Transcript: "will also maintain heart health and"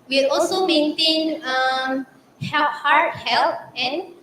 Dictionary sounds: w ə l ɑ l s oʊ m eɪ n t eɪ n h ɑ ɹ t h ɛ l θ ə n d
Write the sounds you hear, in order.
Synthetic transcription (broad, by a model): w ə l ɑ l s oʊ m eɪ n t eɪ n h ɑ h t h ɛ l t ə n